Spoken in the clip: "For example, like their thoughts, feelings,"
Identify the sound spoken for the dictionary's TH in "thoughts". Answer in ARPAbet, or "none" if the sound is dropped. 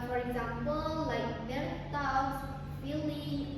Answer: T